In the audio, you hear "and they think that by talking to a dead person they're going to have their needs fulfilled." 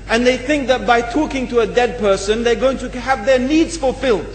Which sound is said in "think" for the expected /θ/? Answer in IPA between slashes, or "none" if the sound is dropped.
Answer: /θ/